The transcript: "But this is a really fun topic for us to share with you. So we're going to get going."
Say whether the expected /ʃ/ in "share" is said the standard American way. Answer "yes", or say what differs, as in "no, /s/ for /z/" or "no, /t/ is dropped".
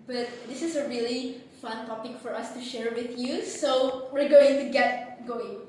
yes